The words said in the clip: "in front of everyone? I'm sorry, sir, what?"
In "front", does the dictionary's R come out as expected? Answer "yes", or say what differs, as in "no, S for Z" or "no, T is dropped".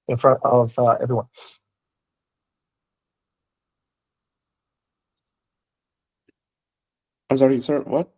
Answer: yes